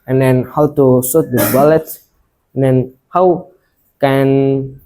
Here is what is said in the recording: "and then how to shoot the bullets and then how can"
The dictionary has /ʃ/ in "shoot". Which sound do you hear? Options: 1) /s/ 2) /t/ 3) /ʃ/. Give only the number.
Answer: 1